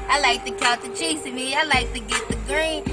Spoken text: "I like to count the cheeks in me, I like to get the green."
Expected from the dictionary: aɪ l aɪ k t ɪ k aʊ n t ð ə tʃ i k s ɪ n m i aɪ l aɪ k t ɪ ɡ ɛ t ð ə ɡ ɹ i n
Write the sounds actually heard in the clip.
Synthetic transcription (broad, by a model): aɪ l aɪ k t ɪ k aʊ l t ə tʃ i s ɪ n m i aɪ l aɪ k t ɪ ɡ ɛ t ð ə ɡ ɹ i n